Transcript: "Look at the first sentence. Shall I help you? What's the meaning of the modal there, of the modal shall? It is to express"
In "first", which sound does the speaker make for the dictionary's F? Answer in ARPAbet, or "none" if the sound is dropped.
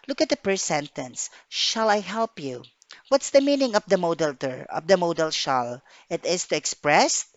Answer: P